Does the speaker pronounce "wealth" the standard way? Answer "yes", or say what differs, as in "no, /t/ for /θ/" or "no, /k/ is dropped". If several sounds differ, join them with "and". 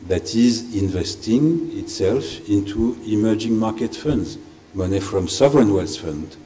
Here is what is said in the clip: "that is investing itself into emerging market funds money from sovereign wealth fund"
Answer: no, /s/ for /θ/